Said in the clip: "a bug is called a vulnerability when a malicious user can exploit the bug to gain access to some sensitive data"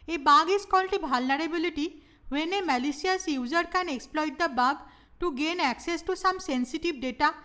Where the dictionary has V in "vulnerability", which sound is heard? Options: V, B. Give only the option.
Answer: B